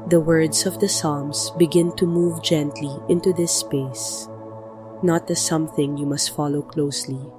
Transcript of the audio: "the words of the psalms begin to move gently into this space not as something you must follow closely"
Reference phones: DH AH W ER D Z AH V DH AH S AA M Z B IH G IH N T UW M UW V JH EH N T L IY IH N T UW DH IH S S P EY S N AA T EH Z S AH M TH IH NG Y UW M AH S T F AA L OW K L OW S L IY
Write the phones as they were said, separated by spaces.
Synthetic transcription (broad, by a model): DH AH W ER D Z AH V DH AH S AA M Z B IH G IH N T UW M UW V JH EH N T L IY IH N T UW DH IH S S P EY S N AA T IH S AH M TH IH NG Y UW M AH S T F AA L OW K L OW S L IY